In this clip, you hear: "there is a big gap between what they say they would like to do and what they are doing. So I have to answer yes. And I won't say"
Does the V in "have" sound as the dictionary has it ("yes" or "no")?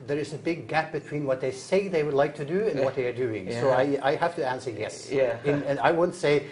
no